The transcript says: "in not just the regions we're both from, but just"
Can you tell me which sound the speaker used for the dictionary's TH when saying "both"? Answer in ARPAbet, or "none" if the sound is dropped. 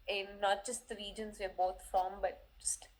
T